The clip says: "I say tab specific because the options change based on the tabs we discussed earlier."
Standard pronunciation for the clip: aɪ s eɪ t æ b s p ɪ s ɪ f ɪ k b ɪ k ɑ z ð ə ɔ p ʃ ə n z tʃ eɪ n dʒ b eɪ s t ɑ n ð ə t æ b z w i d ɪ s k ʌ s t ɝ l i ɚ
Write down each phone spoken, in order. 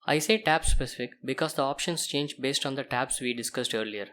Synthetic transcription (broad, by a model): aɪ s eɪ t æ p s p ɪ s ɪ f ɪ k b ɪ k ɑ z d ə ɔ p ʃ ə n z tʃ eɪ n dʒ b eɪ s t ɑ n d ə t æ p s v i d ɪ s k ʌ s t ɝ l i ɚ